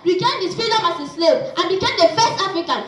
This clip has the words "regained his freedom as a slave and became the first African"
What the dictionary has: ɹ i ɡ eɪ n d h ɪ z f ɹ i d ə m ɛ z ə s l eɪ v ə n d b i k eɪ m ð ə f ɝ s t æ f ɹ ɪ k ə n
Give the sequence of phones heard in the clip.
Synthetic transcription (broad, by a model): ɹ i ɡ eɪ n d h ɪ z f i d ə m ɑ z ə s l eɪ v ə n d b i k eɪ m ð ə f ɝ s t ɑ f ɹ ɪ k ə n